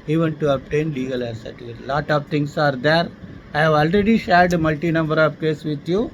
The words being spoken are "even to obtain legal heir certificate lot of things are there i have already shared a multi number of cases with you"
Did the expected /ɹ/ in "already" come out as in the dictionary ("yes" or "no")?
yes